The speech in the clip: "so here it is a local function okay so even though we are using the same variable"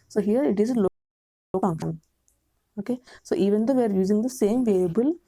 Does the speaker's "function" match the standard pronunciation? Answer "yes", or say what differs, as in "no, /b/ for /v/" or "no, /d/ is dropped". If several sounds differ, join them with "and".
no, /ʃ/ is dropped